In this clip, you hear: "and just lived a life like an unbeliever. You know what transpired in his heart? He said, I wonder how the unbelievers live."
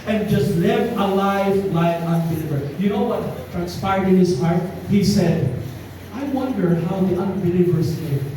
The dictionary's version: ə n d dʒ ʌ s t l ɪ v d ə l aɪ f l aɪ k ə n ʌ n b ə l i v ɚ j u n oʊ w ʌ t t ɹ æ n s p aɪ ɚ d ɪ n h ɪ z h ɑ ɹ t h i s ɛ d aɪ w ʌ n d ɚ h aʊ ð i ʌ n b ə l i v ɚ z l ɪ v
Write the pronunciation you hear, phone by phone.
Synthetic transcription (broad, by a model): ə n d dʒ ʌ s t l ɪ v ə l aɪ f l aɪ ə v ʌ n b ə l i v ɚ j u n oʊ w ʌ t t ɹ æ n s p aɪ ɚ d ɪ n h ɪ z h ɑ ɹ t h i s ɛ d aɪ w ʌ n d ɚ h aʊ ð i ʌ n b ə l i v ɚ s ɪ